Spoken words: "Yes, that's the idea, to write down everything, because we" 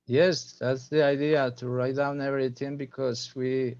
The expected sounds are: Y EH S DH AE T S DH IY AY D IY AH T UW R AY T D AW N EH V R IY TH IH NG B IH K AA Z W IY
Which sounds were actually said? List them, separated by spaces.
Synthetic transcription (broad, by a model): Y EH S DH AE T S DH IY AY D IY AH T UW R AY T D AW N EH V R IY TH IH NG B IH K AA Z W IY